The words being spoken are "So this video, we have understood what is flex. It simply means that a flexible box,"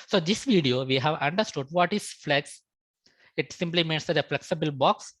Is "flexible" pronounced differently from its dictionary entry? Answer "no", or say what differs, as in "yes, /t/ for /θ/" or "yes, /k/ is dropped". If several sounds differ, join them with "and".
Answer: no